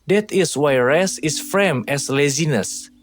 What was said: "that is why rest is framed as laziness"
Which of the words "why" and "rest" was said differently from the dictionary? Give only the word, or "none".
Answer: rest